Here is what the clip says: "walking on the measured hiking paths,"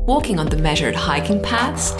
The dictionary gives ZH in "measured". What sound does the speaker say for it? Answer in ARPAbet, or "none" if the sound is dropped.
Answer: ZH